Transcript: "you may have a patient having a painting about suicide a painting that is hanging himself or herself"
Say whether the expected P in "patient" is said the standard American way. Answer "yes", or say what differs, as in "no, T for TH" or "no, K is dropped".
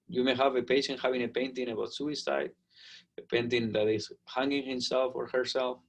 yes